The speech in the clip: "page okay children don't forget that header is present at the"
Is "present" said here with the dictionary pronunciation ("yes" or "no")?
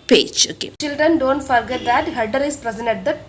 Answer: no